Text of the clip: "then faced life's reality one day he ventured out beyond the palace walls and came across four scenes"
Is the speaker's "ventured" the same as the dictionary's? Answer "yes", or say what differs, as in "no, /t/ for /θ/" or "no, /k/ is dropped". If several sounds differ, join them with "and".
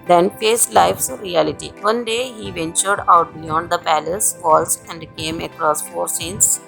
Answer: yes